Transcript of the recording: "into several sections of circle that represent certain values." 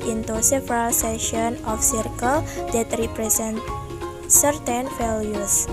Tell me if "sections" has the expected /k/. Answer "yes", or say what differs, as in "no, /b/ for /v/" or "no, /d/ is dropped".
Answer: no, /k/ is dropped